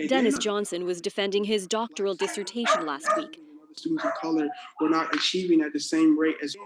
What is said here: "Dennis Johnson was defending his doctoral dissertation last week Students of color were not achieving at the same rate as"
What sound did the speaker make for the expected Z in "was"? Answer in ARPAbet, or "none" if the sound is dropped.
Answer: Z